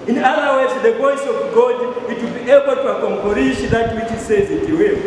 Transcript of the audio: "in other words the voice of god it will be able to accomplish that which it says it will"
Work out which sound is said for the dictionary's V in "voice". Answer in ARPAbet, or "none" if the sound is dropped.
P